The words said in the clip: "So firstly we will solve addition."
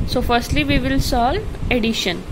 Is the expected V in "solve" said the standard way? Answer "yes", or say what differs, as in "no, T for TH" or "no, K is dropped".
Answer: no, V is dropped